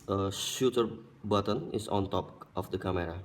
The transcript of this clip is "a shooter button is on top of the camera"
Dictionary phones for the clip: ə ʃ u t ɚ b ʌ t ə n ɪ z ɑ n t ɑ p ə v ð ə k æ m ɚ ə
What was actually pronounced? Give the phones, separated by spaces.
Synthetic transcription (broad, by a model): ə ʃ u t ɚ b ʌ t ə n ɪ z ɑ n t ɑ p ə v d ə k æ m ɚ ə